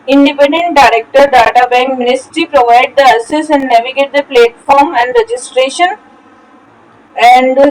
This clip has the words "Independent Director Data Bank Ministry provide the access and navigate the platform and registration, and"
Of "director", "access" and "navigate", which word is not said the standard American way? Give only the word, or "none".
access